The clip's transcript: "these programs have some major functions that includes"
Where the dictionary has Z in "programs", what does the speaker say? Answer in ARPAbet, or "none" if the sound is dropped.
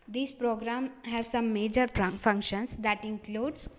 none